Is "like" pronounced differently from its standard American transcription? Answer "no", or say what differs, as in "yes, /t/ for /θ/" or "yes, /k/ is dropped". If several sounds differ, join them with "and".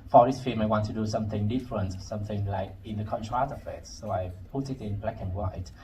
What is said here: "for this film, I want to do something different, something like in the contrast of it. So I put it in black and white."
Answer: no